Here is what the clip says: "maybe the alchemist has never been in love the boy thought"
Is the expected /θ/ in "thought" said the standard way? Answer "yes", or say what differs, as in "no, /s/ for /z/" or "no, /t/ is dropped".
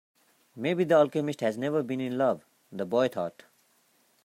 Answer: no, /t/ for /θ/